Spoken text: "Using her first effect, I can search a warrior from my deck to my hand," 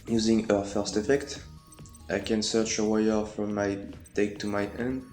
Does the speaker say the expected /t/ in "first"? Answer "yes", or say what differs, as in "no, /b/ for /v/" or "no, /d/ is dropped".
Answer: yes